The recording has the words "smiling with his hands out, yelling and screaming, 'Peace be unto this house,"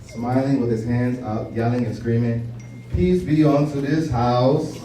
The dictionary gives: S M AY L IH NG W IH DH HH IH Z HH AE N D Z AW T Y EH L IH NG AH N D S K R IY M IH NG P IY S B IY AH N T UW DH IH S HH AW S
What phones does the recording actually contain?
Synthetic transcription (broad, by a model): S M AY L IH NG W IH DH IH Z HH AE N D Z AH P Y EH L IH NG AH N S K R IY M IH NG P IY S B IY AH N T UW DH IH S HH AW S